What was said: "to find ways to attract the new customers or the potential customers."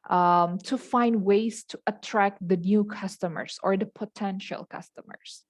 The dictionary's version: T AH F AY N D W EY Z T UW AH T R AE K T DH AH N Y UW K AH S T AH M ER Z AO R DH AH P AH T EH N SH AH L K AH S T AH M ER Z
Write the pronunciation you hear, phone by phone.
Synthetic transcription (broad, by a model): T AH F AY N D W EY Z T UW AH T R AE K T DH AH N Y UW K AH S T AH M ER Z AO R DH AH P AH T EH N SH AH L K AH S T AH M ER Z